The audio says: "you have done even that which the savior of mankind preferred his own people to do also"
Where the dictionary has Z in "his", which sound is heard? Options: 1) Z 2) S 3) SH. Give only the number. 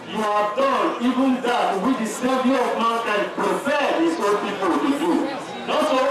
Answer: 2